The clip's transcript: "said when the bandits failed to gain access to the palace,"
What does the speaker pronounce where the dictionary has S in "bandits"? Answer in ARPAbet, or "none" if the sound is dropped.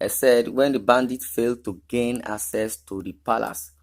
none